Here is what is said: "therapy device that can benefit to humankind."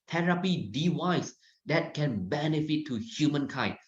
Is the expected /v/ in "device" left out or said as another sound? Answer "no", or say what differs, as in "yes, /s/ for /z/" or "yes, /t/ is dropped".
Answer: yes, /w/ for /v/